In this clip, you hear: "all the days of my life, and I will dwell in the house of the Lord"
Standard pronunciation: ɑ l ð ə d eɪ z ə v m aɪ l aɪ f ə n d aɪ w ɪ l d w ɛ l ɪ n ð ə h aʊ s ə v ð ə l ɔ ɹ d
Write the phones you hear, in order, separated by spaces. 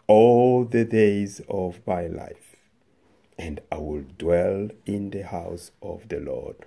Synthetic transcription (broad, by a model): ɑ l ð ə d eɪ z ə v m aɪ l aɪ f ə n d aɪ w ɪ l d w ɛ l ɪ n ð ə h aʊ s ə v ð ə l ɔ ɹ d